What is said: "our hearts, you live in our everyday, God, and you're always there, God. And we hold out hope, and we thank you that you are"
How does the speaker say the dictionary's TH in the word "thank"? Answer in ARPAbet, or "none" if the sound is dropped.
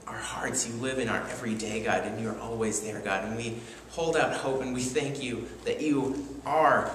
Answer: TH